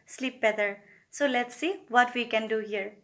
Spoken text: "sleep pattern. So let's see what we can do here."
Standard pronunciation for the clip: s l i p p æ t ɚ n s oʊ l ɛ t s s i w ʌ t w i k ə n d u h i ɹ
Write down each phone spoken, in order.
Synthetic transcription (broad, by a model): s l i p b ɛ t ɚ s oʊ l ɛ t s s i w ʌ t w i k ə n d u h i ɹ